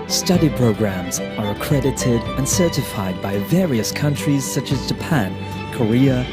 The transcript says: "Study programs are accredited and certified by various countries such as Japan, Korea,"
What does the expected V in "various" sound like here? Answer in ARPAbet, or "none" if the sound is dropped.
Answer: V